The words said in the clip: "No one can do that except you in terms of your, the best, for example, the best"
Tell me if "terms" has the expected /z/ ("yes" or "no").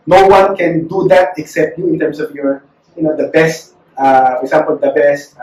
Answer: no